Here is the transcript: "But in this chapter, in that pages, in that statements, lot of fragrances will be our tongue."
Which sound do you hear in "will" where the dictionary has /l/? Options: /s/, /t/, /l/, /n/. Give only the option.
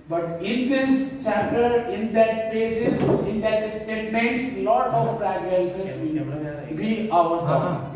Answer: /n/